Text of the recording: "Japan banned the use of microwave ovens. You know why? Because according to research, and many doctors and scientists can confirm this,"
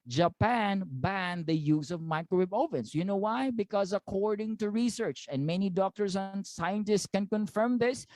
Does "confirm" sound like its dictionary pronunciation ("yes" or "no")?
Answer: yes